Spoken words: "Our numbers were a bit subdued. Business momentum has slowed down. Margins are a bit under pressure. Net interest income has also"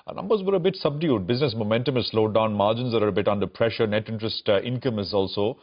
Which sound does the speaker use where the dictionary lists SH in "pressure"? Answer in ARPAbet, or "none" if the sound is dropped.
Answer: SH